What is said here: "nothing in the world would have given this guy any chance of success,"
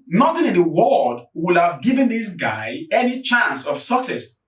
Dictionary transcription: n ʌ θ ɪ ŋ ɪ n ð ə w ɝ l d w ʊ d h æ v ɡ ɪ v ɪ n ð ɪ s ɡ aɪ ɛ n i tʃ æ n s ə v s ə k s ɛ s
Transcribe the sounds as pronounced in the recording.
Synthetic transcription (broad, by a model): n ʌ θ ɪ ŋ ɪ n ð ə w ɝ d w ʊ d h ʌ v ɡ ɪ v ɪ n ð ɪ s ɡ aɪ ɛ n i tʃ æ n s ə v s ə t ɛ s